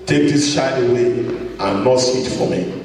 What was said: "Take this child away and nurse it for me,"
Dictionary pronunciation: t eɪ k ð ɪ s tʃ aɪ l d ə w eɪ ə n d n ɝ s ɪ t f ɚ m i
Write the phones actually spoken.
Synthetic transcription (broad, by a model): t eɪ k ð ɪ s ʃ aɪ d ə w eɪ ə n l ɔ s ɪ t f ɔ m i